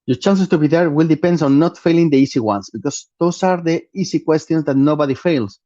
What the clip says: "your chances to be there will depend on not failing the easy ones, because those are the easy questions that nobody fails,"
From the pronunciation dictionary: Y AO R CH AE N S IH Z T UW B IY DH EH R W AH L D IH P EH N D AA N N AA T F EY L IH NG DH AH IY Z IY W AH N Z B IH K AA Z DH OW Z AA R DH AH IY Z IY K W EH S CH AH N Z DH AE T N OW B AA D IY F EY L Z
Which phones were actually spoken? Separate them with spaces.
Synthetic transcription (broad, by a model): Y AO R CH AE N S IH S T UW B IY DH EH R W AH L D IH P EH N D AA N N AA T F EY L IH NG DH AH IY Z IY W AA N S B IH K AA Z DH OW S AA R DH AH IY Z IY K W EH S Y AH N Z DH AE T N OW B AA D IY F EY L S